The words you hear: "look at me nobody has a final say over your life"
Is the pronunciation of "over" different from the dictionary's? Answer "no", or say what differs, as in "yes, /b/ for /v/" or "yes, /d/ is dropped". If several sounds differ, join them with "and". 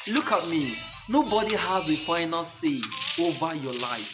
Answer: yes, /b/ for /v/